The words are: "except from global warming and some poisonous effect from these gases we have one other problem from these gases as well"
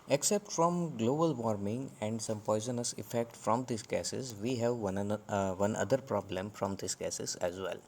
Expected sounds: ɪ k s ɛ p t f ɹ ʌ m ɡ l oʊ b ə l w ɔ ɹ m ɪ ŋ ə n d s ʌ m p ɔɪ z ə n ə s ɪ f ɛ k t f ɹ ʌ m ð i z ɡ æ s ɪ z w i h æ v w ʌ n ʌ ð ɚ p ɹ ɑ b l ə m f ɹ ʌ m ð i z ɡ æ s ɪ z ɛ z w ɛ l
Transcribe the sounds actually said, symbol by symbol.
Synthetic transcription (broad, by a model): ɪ k s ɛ p t f ɹ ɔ m ɡ l oʊ b ə l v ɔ ɹ m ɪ ŋ ə n d s ʌ m p ɔɪ z ə n ə s ɪ f ɛ k t f ɹ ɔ m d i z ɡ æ s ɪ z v i h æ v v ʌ n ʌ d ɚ p ɹ ɑ b l ə m f ɹ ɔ m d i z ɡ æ s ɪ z ɛ z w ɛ l